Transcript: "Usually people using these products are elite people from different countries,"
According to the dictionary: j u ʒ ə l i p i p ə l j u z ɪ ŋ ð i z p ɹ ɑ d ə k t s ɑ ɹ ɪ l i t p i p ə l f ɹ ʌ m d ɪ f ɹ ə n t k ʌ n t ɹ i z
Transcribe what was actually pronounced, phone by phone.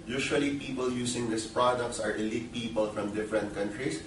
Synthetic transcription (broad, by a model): j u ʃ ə l i p i p ə l j u s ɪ ŋ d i s p ɹ ɑ d ə k t s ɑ ɹ ɪ l i t p i p ə l f ɹ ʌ m d ɪ f ɹ ə n t k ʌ n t ɹ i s